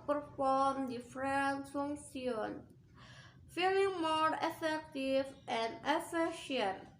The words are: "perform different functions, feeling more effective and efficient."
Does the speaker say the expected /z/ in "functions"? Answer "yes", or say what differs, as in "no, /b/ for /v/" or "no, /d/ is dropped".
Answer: no, /z/ is dropped